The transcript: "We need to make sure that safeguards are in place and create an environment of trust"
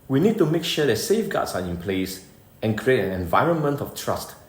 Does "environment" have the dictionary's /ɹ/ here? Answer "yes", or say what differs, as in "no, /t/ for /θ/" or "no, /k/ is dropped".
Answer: yes